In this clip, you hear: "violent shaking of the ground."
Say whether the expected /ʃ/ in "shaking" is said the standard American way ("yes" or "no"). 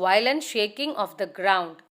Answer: yes